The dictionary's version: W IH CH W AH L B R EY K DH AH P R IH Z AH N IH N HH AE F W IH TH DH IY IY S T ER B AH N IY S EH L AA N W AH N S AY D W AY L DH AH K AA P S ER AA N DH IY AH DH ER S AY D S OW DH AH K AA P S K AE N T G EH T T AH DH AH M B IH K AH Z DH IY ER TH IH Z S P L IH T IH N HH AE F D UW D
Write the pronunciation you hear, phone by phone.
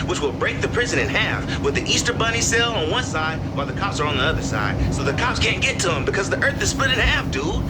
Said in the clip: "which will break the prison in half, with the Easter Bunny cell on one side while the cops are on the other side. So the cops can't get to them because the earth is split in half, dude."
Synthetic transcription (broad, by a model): W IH CH W AH L B R EY K DH AH P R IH Z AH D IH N HH AE F W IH DH IY IY S T ER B AH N IY S EH L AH N W AH N S AY D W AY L DH AH K AA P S ER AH N DH IY AH DH ER S AY D S OW DH AH K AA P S K AE N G EH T T AH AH M B IH K AH Z DH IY ER TH IH Z S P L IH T IH N HH AE F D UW